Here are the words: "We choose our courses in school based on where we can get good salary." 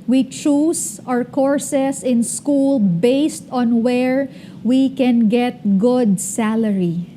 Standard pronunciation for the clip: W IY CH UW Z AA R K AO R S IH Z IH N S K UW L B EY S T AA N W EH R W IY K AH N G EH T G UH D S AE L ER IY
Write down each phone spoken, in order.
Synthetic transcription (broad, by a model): W IY CH UW S AA R K AO R S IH S IH N S K UW L B EY S T AA N W EH R W IY K AH N G EH T G UH D S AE L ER IY